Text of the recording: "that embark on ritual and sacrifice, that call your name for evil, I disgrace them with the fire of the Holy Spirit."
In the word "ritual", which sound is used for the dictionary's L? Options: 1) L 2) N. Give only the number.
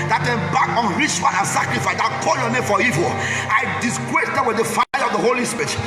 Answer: 2